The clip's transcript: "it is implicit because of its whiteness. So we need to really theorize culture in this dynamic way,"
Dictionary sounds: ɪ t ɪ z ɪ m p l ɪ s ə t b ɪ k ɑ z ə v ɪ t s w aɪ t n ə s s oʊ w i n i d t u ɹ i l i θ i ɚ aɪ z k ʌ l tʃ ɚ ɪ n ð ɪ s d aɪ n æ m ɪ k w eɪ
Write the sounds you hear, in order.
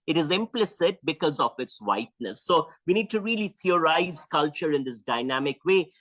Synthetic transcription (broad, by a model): ɪ t ɪ z ɪ m p l ɪ s ə t b ɪ k ɑ z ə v ɪ t s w aɪ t n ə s s oʊ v i n i d t u ɹ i l i t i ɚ aɪ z k ʌ l tʃ ɚ ɪ n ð ɪ s d aɪ n æ m ɪ k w eɪ